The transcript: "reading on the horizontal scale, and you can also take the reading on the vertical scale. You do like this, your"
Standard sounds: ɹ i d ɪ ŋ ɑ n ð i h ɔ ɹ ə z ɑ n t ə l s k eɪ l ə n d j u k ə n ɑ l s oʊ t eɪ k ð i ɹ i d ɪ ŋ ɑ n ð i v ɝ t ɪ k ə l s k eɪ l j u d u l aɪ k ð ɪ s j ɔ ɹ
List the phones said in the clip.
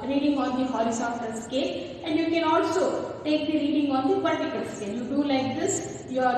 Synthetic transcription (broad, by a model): ɹ i d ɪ ŋ ɑ n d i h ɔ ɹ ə s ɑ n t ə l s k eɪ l ə n d j u k ə n ɑ l s oʊ t eɪ k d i ɹ i d ɪ ŋ ɑ n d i p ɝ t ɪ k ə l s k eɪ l j u d u l aɪ k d ɪ s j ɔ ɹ